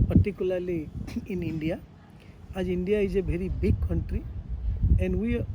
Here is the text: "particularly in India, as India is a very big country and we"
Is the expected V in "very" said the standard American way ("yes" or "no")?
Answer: no